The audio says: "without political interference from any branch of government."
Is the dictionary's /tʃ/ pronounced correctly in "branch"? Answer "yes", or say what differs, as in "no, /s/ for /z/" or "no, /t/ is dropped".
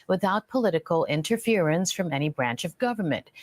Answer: yes